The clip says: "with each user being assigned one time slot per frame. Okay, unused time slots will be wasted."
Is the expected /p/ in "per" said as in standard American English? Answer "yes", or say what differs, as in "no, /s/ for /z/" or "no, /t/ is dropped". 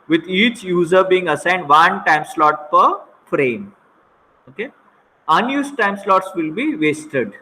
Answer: yes